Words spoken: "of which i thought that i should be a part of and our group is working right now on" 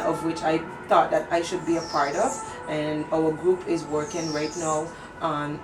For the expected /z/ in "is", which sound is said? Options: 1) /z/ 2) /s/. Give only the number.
1